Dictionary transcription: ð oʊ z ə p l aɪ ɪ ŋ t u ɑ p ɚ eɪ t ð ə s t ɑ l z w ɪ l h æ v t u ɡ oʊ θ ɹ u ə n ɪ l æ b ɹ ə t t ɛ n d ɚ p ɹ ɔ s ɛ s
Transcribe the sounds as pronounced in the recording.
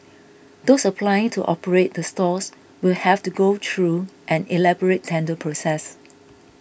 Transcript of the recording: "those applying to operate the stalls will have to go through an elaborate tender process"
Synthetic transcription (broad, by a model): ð oʊ s ə p l aɪ ɪ ŋ t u ɑ p ɚ eɪ t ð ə s t ɑ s w ɪ l h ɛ f t u ɡ oʊ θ ɹ u ə n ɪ l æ b ɹ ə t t ɛ n d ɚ p ɹ ɔ s ɛ s